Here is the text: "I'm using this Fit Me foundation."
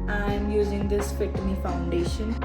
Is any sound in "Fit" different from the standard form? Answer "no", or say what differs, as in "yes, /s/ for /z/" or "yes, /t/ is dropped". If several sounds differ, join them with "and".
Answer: yes, /p/ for /f/